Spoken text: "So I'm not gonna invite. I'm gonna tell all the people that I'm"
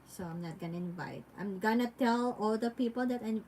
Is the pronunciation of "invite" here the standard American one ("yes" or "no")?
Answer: yes